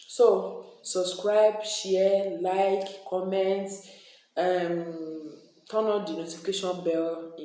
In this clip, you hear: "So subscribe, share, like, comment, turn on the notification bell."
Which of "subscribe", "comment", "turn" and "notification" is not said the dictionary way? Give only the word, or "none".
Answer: turn